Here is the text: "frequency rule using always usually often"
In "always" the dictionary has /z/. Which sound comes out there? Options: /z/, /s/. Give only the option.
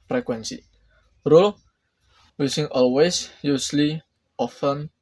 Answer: /s/